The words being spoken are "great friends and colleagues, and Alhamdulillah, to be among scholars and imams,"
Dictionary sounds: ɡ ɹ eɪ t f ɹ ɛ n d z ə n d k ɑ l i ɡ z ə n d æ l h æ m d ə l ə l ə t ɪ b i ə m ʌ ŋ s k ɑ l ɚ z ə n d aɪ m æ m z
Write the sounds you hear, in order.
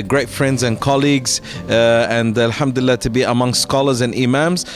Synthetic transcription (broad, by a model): ɡ ɹ eɪ t f ɹ ɛ n d z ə n k ɑ l i ɡ z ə n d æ l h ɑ m d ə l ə l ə t ɪ b i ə m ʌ ŋ s k ɑ l ɚ z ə n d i m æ m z